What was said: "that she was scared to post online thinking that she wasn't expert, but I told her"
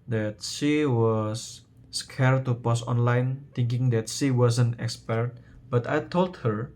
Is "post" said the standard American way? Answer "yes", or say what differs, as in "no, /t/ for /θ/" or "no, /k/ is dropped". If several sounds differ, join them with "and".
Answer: no, /t/ is dropped